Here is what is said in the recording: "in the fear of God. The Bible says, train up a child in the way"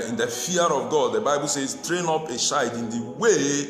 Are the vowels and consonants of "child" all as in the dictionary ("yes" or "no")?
no